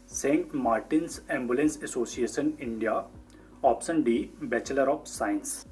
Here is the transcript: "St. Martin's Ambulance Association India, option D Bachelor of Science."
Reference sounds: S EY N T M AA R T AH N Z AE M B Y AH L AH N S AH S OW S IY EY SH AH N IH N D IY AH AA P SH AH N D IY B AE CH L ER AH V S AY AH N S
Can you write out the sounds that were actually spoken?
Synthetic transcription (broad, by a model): S EY N T M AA R T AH N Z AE M B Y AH L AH N S AH S OW S IY EY SH AH N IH N D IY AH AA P S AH N D IY B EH CH L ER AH P S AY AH N S